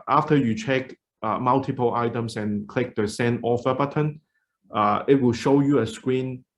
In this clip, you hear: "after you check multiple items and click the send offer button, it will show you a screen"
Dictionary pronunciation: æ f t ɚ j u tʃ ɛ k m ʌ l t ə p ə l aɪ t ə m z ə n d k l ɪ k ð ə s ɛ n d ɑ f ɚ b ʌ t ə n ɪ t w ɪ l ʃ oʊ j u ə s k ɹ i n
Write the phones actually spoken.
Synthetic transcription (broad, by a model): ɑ f t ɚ j u tʃ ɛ k m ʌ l t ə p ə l aɪ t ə m s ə n k l ɪ k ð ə s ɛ n ɑ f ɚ b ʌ t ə n ɪ t w ɪ l ʃ oʊ j u ə s k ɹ i n